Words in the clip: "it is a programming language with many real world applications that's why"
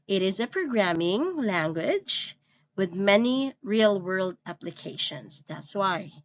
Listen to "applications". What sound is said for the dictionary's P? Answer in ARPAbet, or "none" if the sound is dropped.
P